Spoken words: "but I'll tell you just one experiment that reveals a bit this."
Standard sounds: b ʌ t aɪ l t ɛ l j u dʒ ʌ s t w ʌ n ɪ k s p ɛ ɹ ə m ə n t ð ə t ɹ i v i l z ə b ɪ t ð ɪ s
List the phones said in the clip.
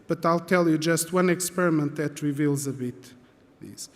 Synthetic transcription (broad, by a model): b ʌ t aɪ l t ɛ l j u dʒ ʌ s t w ʌ n ɪ k s p ɛ ɹ ə m ə n t ð ə t ɹ i v i l z ə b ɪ t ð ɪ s